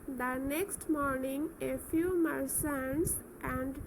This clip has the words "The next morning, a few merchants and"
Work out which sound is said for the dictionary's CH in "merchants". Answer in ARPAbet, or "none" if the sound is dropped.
S